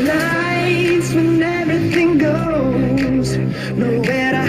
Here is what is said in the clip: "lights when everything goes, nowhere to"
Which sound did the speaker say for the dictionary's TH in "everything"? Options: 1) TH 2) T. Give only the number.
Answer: 1